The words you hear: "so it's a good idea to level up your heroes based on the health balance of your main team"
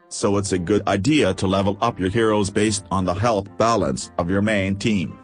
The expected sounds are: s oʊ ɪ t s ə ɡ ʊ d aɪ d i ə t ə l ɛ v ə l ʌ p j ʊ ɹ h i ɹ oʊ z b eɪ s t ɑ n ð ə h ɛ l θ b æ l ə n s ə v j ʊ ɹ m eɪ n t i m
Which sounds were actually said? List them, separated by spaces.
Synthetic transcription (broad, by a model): s oʊ ɪ t s ə ɡ ʊ d aɪ d i ə t ə l ɛ v l ʌ p j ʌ ɹ h i ɹ oʊ z b eɪ s t n ð ə h ɛ l θ b æ l ə n s ə v j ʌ ɹ m eɪ n t i m